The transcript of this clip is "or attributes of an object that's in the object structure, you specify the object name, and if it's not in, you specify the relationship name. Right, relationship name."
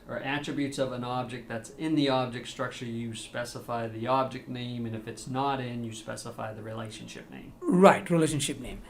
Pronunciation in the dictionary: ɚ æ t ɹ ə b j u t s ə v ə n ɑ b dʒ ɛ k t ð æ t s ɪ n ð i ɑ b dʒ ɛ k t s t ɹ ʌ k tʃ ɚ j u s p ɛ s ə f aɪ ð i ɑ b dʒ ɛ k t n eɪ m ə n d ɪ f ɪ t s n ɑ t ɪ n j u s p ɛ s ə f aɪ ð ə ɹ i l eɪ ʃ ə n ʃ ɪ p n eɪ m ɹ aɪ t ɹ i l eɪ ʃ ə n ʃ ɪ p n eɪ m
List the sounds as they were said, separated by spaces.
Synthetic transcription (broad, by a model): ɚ æ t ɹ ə b j u t s ə v ə n ɑ b dʒ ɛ k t ð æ t s ɪ n ð i ɑ b dʒ ɛ k t s t ɹ ʌ k tʃ ɚ j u s p ɛ s ə f aɪ ð i ɑ b dʒ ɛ k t n eɪ m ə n ɪ f ɪ t s n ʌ t ɪ n j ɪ s p ɛ s ə f aɪ ð ə ɹ i l eɪ ʃ ə n ʃ ɪ p n eɪ m ɹ aɪ t ɹ i l eɪ ʃ ə n ʃ ɪ p n eɪ m